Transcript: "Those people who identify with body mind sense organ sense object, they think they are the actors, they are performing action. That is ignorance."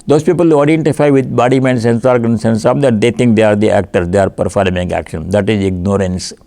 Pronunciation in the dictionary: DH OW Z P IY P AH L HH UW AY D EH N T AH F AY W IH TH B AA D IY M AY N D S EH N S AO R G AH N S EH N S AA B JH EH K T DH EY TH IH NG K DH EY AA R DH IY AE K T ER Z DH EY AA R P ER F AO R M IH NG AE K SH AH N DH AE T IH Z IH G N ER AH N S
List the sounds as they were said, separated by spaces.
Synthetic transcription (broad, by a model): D OW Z P IY P AH L HH UW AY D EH N T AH F AY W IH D B AA D IY M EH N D S EH N S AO R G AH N S EH N S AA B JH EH T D EY T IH NG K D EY AA R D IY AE K T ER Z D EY AA R P ER F AO R M IH NG AE K SH AH N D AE T IH Z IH G N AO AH N S